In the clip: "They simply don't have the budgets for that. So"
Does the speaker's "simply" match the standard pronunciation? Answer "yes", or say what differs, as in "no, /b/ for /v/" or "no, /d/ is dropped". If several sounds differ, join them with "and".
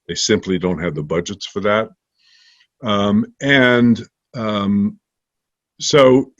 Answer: yes